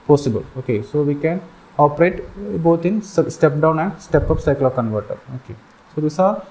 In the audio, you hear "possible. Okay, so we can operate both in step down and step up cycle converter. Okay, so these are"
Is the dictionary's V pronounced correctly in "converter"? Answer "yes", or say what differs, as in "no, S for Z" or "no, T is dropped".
yes